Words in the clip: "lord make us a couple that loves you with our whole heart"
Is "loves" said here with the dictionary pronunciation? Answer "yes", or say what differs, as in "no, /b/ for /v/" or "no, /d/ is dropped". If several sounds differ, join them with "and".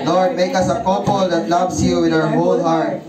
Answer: no, /s/ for /z/